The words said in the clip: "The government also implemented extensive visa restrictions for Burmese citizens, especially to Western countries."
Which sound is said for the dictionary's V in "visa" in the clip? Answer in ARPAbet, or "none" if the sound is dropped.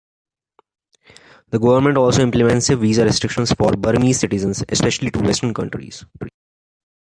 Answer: V